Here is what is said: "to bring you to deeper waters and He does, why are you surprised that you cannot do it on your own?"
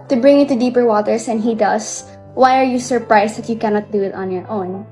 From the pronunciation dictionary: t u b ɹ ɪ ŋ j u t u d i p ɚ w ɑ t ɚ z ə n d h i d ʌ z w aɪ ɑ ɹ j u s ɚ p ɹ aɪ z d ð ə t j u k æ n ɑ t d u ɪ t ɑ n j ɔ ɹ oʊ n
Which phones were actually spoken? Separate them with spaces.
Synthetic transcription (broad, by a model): t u b ɹ ɪ ŋ j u t u d i p ɚ w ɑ t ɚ s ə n h i d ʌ s w aɪ ɑ ɹ j u s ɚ p ɹ aɪ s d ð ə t j u k æ n ɑ t d u ɪ t ɑ n j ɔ ɹ oʊ n